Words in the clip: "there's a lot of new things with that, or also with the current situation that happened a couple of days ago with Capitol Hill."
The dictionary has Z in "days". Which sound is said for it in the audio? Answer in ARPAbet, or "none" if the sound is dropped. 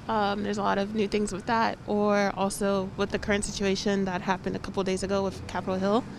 Z